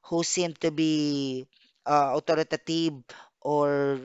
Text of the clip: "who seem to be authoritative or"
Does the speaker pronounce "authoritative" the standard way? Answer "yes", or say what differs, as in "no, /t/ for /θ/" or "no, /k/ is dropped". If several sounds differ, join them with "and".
no, /t/ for /θ/